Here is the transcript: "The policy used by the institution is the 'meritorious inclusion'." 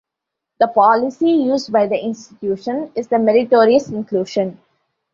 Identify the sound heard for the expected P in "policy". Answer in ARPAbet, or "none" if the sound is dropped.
P